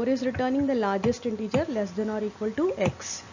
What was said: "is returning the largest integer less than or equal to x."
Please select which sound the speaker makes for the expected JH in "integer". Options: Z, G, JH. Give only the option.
JH